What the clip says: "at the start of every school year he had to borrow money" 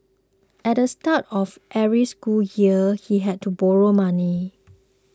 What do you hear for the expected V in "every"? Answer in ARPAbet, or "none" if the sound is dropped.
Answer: none